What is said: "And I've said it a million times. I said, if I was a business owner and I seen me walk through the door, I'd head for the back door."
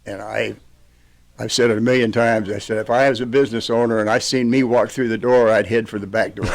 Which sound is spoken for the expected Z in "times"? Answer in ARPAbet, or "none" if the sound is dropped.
Z